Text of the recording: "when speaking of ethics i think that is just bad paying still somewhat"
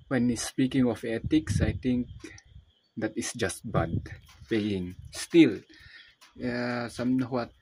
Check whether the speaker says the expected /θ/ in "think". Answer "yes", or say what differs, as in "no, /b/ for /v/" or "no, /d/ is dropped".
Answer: no, /t/ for /θ/